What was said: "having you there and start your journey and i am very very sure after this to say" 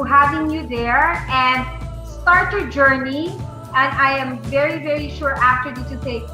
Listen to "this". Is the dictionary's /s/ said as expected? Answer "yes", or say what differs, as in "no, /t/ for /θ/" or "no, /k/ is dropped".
no, /s/ is dropped